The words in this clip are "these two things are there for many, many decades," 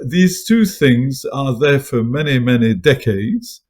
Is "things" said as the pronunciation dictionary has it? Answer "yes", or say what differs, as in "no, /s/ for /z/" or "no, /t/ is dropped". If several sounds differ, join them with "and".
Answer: yes